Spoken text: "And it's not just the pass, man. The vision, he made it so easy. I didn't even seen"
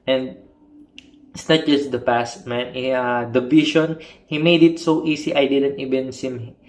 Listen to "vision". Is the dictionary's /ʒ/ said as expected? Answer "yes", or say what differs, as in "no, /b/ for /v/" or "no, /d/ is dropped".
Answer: no, /ʃ/ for /ʒ/